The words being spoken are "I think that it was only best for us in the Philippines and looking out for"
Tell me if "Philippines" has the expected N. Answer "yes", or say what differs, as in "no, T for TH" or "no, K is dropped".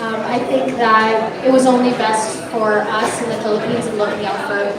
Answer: yes